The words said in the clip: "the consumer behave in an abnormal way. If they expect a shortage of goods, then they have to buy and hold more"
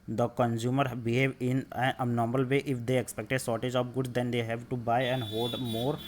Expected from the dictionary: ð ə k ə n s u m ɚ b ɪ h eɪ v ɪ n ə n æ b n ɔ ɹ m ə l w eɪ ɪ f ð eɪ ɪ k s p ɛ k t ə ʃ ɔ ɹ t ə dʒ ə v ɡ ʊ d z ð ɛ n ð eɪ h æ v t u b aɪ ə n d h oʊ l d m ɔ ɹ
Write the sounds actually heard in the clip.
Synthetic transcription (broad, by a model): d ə k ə n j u m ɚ b ɪ h eɪ v ɪ n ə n n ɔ ɹ m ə l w eɪ ɪ f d eɪ ɪ k s p ɛ k t ə s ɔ ɹ t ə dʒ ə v ɡ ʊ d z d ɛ n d eɪ h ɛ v t u b aɪ ə n d h oʊ l d m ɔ ɹ